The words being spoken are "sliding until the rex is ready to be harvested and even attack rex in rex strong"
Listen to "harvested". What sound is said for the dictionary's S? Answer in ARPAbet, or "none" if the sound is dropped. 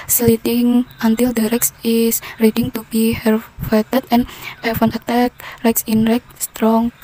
none